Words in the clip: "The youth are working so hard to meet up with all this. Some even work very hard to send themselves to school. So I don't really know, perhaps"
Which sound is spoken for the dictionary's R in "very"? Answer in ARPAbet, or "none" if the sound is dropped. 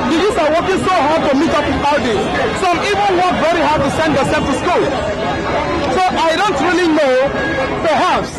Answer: R